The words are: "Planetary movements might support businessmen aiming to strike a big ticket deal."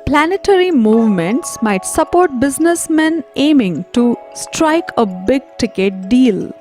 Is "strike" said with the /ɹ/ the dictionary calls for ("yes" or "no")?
yes